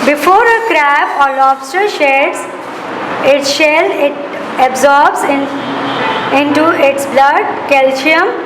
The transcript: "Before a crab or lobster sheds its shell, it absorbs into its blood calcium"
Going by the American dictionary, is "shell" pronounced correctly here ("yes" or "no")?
yes